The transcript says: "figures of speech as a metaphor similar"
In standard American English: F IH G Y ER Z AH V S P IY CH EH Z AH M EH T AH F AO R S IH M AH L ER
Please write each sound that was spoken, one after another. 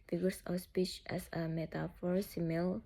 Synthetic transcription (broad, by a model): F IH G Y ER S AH S P IY CH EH S AH M EH T AH F AO R S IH M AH L